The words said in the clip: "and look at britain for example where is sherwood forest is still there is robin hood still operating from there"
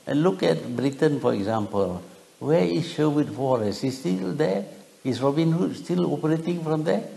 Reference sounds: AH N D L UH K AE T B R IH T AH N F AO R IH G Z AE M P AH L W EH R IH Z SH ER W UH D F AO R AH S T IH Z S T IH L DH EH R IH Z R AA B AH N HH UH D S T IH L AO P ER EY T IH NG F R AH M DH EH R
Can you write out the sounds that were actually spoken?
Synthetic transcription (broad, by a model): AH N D L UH K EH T B R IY T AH N F AO R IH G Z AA M P AH L W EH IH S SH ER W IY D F AO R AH S IH S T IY L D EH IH S R AA B AH N HH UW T S T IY L AO P ER EY T IH NG F R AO M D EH